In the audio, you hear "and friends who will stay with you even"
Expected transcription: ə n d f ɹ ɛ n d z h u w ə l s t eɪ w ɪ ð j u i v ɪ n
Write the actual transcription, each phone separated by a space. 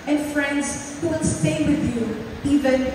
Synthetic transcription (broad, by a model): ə n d f ɹ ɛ n d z h u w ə n s t eɪ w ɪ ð j u i v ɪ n